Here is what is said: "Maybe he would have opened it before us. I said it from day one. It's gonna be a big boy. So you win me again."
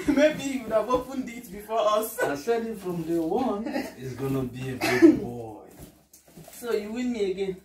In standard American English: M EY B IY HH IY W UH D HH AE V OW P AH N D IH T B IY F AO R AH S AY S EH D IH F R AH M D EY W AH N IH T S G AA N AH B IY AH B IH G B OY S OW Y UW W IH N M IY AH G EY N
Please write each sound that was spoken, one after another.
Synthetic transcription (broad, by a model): M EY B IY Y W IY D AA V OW F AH N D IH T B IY F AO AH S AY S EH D IH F R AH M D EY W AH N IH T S G AA N AH B IY AH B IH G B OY S OW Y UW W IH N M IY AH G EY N